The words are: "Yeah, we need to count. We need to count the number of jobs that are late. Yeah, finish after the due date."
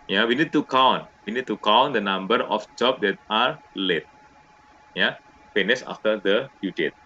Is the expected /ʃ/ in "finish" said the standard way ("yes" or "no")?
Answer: no